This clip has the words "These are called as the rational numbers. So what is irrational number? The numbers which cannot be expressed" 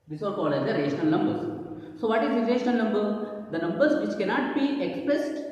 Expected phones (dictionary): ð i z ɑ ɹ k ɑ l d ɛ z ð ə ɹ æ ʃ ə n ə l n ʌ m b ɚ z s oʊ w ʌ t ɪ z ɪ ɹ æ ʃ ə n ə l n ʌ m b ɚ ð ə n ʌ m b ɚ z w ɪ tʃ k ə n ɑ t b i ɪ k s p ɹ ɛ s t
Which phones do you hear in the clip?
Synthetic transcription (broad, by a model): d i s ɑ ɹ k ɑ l ɛ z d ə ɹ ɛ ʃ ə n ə l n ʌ m b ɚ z s oʊ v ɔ t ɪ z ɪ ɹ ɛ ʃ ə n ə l n ʌ m b ɚ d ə n ʌ m b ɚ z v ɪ tʃ k ə n ɑ t b i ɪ k s p ɹ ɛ s t